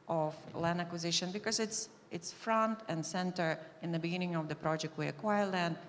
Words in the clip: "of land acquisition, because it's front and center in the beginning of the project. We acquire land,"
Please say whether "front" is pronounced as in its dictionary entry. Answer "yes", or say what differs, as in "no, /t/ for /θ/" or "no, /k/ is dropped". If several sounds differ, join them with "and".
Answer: yes